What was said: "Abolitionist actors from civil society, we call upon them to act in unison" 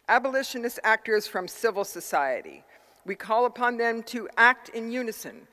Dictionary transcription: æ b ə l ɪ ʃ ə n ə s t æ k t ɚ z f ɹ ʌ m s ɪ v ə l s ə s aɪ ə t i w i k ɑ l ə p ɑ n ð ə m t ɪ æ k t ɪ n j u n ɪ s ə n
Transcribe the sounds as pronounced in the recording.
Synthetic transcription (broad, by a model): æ b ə l ɪ ʃ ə n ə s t æ k t ɚ z f ɹ ʌ m s ɪ v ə l s ə s aɪ ə t i w i k ɑ l ə p ɑ n ð ə m t ɪ æ k t ɪ n j u n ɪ s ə n